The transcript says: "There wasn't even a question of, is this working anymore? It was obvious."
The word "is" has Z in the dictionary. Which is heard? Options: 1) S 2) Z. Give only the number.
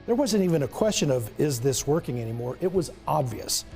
2